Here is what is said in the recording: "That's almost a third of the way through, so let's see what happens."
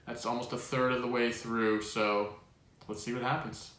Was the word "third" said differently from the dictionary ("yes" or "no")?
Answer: no